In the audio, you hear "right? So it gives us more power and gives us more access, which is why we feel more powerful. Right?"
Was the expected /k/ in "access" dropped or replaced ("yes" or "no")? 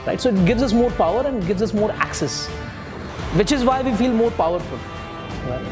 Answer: no